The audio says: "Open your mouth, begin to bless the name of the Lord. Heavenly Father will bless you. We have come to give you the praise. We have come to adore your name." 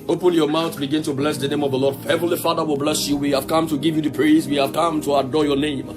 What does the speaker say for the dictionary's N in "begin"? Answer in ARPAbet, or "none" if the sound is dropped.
N